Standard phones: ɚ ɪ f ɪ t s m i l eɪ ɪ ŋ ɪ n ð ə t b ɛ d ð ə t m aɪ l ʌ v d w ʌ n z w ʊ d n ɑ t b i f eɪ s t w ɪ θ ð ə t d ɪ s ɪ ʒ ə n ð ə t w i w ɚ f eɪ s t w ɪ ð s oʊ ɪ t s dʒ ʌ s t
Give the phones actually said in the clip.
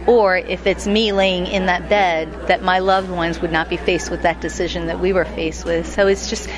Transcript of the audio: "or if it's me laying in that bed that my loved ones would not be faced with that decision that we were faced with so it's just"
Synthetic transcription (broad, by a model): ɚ ɪ f ɪ t s m i l eɪ ɪ ŋ ɪ n ð ə t b ɛ d ð ə t m aɪ l ʌ v d w ʌ n z w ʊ d n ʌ t b i f eɪ s t w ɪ ð ə t d ɪ s ɪ ʒ ə n ð ə t w i w ɚ f eɪ s t w ɪ ð s oʊ ɪ t s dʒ ʌ s t